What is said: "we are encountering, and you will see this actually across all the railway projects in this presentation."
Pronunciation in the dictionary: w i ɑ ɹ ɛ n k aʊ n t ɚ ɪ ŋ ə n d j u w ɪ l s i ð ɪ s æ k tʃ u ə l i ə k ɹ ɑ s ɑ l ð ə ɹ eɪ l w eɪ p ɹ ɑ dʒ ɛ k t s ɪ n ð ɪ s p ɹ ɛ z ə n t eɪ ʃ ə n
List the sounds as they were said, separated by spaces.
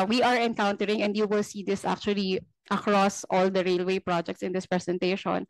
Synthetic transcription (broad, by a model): w i ɑ ɹ ɛ n k aʊ n t ɚ ɪ ŋ ə n d j u w ɪ l s i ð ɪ s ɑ k tʃ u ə l i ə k ɹ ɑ s ɑ l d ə ɹ eɪ l w eɪ p ɹ ɑ dʒ ɛ k t s ɪ n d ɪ s p ɹ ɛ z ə n t eɪ ʃ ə n